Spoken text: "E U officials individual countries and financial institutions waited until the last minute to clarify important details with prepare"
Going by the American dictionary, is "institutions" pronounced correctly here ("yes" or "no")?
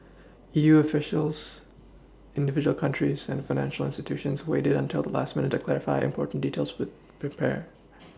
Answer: yes